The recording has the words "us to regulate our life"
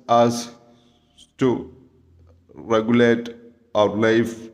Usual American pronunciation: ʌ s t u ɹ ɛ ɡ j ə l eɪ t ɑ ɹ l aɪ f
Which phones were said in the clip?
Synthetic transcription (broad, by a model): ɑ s t u ɹ ɛ ɡ j ə l eɪ t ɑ w l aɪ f